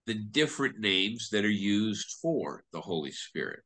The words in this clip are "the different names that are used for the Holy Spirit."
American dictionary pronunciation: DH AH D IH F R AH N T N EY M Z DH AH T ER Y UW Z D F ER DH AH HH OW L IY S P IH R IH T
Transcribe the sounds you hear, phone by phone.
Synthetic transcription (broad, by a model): DH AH D IH F R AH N N EY M Z DH AH T ER Y UW Z D F ER DH AH HH OW L IY S P IH R IH T